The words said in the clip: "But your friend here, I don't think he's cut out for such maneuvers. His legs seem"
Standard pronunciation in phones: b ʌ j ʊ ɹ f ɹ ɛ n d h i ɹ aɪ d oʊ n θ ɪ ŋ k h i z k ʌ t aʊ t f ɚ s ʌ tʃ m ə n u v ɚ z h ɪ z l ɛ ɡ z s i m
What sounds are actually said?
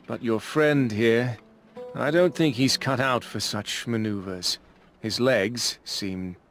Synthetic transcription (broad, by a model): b ʌ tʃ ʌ ɹ f ɹ ɛ n d h i ɹ aɪ d oʊ n θ ɪ ŋ k h i z k ʌ t aʊ t f ɚ s ʌ tʃ m ə n u v ɚ z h ɪ z l ɛ ɡ z s i m